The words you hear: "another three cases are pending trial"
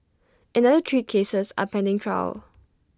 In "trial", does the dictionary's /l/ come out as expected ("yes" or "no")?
yes